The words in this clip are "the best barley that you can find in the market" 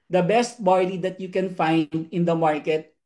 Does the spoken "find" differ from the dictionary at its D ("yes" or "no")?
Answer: no